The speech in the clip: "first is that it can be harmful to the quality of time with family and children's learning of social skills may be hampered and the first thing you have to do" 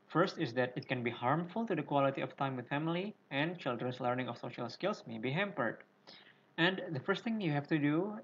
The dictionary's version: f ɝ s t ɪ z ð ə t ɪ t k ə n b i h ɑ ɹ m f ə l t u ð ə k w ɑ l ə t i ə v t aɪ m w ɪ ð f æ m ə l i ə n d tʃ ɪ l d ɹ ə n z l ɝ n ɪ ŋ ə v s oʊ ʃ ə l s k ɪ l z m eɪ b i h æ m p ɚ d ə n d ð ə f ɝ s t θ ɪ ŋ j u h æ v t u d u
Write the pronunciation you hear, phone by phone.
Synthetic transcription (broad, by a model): f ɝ s t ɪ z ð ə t ɪ t k ə n b i h ɑ ɹ m f ə l t u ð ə k w ɑ l ə t i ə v t aɪ m w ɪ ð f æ m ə l i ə n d tʃ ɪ l d ɹ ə n s l ɝ n ɪ ŋ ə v s oʊ ʃ ə l s k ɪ l s m eɪ b i h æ m p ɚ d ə n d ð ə f ɝ s t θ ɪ ŋ j u h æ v t u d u